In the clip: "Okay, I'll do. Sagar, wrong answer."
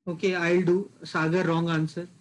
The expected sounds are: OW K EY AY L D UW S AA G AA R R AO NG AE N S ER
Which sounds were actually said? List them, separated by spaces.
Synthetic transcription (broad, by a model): OW K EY AY L D UW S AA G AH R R AO NG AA N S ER